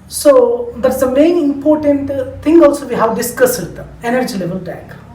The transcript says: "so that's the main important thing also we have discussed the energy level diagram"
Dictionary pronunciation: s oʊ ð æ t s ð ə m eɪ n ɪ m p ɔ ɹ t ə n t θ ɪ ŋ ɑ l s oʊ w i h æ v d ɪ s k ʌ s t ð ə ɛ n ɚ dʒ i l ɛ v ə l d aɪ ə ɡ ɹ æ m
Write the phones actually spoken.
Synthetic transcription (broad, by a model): s oʊ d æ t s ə m eɪ n ɪ m p ɔ ɹ t ə n t t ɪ ŋ ɑ l s oʊ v i h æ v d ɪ s k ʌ s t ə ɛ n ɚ dʒ i l ɛ v ə l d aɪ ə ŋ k